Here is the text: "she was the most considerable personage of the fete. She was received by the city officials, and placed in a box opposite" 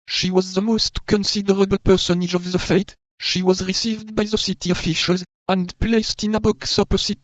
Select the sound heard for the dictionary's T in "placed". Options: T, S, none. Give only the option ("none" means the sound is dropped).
T